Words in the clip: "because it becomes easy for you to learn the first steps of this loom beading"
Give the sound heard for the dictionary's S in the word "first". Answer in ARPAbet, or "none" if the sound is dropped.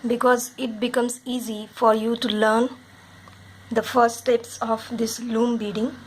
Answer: none